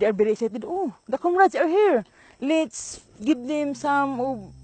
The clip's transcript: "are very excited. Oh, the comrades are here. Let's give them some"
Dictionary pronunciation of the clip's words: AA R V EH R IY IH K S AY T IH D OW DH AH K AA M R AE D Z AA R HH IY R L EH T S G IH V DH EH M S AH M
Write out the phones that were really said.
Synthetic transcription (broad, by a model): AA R B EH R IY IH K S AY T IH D OW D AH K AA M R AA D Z AA R HH IY R L EH T S G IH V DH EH M S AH M